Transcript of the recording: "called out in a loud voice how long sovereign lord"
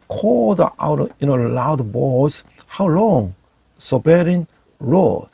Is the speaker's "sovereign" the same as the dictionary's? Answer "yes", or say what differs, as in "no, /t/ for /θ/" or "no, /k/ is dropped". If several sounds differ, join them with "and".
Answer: no, /b/ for /v/